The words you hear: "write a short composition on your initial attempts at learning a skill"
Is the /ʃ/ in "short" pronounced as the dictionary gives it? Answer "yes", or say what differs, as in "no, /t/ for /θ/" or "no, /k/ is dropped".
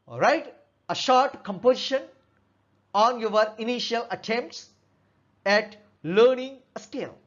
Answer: yes